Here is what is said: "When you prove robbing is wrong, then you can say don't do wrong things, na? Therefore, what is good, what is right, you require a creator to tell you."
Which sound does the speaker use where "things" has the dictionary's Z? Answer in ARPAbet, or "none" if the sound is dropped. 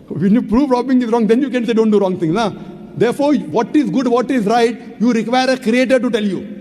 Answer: none